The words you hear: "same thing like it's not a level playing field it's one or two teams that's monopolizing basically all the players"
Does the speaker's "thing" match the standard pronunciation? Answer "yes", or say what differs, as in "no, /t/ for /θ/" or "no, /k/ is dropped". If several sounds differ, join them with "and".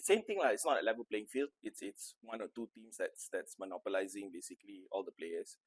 no, /t/ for /θ/